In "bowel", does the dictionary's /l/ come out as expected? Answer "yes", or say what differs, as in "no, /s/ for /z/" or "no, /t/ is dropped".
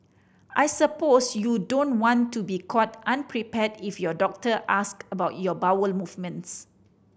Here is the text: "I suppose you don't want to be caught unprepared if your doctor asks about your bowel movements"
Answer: yes